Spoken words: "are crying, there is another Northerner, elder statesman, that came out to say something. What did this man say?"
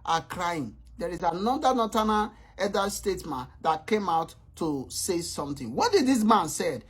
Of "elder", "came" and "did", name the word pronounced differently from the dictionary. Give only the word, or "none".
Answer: elder